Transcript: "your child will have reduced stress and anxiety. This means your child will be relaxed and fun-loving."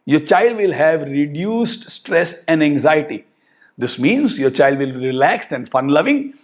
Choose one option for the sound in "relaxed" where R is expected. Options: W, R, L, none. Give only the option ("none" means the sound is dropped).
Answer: R